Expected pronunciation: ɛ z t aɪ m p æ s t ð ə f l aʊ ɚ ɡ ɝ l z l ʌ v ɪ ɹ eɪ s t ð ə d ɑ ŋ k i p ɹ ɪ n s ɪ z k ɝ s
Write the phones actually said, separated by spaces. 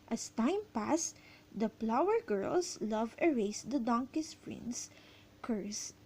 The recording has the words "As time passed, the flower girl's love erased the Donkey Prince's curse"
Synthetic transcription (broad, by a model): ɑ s t aɪ m p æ s t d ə p l aʊ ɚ ɡ ɝ l s l ʌ v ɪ ɹ eɪ s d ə d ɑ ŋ k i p ɹ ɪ n s k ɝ s